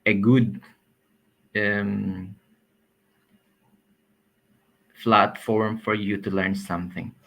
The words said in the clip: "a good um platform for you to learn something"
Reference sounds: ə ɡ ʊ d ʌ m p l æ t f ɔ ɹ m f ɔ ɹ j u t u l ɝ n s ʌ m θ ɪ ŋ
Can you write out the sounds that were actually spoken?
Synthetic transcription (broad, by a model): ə ɡ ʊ d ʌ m f l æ t f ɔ ɹ m f ɔ ɹ j u t u l ɝ n s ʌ m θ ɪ ŋ